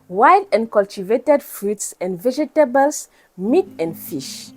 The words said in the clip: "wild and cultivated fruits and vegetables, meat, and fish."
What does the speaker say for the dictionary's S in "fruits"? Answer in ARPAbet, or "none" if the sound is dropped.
S